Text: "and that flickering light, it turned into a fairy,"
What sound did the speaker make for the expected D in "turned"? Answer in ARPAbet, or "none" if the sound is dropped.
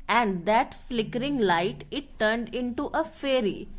D